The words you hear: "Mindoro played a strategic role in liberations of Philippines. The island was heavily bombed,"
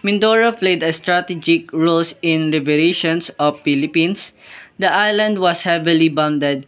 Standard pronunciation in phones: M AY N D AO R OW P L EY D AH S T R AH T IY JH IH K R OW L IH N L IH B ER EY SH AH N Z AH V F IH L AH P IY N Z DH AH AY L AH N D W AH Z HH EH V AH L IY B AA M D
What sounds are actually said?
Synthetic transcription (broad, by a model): M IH N D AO R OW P L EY D AH S T R AH T IY JH IH K R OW L IH N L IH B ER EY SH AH N S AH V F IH L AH P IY N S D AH AY L AH N D W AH S HH EH V AH L IY B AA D D